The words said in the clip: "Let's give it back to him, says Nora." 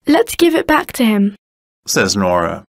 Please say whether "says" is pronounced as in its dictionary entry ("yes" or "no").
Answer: yes